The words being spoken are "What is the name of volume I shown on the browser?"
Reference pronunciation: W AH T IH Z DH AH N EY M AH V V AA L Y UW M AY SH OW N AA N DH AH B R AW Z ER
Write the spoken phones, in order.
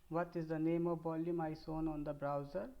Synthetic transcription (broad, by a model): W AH T IH Z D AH N EY M AH V B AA L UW M AY S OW N AA N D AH B R AW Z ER